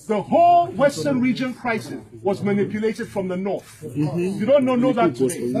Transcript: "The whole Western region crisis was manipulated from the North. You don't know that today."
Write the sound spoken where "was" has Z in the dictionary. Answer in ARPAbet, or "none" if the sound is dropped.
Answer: Z